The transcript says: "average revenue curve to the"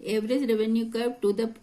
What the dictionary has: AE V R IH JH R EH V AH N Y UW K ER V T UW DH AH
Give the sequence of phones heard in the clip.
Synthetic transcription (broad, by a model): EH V R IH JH R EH V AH N Y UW K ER P T UW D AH